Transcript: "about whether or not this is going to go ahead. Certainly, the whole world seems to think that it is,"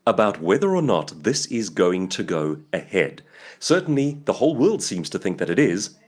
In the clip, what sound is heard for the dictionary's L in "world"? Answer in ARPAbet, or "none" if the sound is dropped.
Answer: L